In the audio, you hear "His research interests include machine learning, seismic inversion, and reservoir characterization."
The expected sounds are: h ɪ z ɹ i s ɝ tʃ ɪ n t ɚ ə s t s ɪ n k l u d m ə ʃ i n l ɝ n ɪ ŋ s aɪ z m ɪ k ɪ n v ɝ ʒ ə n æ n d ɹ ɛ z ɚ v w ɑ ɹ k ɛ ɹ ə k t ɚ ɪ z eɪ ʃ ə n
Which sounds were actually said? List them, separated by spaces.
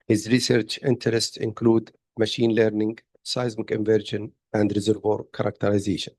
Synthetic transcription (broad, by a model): h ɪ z ɹ i s ɝ tʃ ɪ n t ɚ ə s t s ɪ n k l u d m ə ʃ i n l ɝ n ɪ ŋ s aɪ z m ɪ k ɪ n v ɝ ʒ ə n æ n d ɹ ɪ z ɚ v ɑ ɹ k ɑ ɹ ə k t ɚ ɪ z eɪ ʃ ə n